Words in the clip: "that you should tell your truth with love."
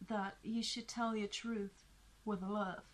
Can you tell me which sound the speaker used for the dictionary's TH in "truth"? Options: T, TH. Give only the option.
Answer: TH